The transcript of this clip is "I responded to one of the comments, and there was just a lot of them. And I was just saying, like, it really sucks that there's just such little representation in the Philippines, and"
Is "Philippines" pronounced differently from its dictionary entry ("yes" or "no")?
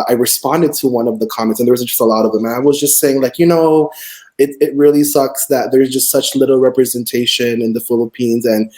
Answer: no